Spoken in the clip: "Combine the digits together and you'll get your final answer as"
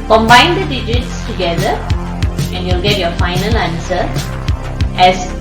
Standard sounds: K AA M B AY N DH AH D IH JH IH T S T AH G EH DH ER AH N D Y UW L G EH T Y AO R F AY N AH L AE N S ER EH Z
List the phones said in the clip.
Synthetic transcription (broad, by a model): K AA M B AY N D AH D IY JH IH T S T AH G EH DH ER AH N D Y UW L G EH T Y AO F AY N AH L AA N S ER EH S